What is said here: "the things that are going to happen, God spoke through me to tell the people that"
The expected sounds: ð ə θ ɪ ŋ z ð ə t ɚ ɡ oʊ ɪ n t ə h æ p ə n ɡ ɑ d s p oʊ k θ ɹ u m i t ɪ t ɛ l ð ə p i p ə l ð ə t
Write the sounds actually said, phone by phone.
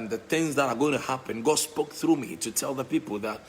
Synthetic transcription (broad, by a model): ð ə θ ɪ ŋ z ð ə t ɚ ɡ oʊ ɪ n t ə h æ p ə n ɡ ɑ s p oʊ k θ ɹ u m i t ɪ t ɛ l ð ə p i p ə l ð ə t